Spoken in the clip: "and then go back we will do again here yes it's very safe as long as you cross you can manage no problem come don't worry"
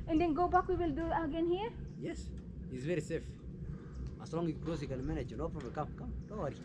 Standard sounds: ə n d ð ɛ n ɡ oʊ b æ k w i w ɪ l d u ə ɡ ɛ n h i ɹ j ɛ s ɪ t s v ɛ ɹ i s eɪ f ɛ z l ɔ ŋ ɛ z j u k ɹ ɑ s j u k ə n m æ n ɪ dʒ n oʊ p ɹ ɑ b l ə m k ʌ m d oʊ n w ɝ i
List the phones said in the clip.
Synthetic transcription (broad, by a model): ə n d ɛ n ɡ oʊ b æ k w i w ɪ l d u ə ɡ ɛ n h i ɹ j ɛ s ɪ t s v ɛ ɹ i s eɪ f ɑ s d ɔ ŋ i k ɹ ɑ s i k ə l m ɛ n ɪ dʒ n oʊ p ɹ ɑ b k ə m k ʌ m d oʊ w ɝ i